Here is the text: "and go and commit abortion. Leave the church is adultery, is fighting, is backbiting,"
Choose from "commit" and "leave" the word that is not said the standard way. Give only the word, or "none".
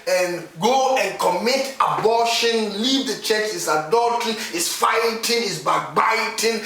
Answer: none